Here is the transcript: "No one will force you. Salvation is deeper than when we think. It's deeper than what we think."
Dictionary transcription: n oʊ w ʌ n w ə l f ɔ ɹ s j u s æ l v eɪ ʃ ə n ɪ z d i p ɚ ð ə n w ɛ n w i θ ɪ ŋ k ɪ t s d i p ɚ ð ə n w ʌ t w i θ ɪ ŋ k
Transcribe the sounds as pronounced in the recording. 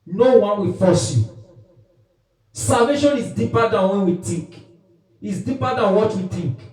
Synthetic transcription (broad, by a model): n oʊ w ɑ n w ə f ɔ s j u s æ l v eɪ ʃ ə n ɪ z d i p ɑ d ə n w ɛ n w i t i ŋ k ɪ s d i p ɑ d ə n w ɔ t w i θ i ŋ k